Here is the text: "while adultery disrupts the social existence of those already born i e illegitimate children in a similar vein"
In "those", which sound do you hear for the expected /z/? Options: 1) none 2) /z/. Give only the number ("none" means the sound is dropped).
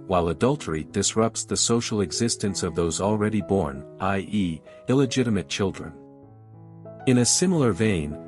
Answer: 2